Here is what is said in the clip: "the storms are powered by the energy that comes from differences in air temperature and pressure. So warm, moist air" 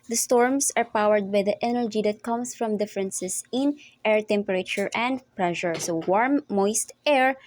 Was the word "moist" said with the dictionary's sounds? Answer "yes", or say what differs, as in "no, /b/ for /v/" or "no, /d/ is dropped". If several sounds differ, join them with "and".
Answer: yes